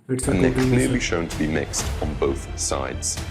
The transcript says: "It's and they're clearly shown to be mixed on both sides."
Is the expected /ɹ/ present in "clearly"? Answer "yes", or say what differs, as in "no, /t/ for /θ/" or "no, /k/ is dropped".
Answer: no, /l/ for /ɹ/